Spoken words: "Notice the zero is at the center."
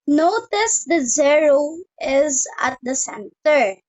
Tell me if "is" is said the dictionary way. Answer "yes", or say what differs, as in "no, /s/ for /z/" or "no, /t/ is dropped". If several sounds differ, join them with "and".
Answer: yes